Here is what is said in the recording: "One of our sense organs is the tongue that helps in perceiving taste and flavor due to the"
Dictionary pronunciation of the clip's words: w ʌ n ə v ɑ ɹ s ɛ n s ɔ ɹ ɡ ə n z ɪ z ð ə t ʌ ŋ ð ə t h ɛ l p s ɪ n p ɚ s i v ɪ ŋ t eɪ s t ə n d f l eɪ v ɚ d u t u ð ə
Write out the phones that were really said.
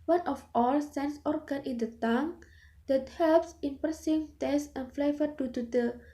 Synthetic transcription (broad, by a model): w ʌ n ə f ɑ l s ɛ n s ɔ ɹ ɡ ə n ɪ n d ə t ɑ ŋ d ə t h ɛ l p s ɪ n p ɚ s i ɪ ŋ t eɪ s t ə n f l eɪ v ɚ d u t u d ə